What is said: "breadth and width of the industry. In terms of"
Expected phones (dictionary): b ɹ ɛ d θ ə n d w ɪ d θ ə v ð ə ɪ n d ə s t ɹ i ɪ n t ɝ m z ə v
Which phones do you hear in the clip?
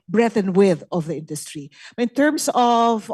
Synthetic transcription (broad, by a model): b ɹ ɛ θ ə n w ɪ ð ə v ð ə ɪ n d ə s t ɹ i ɪ n t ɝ m s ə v